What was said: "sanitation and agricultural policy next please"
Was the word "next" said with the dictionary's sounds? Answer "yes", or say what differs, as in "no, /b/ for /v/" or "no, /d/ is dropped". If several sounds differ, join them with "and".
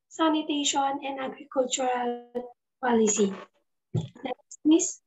no, /k/ is dropped